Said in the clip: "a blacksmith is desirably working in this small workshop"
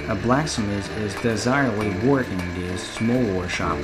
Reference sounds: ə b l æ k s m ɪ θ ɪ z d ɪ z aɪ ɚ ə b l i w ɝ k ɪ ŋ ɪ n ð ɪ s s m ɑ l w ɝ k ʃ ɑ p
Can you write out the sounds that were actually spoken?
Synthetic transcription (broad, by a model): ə b l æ k s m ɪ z ɪ z d ɪ z aɪ ɚ ə b l i w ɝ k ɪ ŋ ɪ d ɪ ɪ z s m ɑ l w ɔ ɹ ʃ ɑ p